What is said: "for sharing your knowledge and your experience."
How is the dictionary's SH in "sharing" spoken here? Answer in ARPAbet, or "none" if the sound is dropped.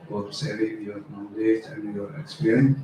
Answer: S